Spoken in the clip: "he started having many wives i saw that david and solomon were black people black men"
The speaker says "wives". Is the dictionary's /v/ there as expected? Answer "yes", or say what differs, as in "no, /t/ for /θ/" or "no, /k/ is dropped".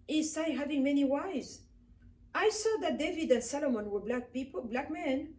no, /v/ is dropped